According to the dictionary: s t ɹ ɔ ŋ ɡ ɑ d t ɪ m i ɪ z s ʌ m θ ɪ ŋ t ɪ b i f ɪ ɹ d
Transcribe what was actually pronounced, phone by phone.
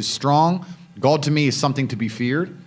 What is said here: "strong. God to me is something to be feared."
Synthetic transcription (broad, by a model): s t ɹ ɔ ŋ ɡ ɑ d t ɪ m i ɪ z s ʌ m θ ɪ ŋ t ɪ b i f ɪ ɹ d